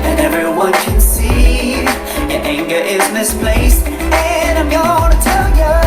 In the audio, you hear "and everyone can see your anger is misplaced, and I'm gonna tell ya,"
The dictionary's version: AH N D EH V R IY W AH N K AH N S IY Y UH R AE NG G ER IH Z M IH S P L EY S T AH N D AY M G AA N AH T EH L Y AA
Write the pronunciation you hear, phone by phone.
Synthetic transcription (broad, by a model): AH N EH V R IY W AH N K AH N S IY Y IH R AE NG G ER IH Z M IH S P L EY S AH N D AY M G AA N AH T EH L Y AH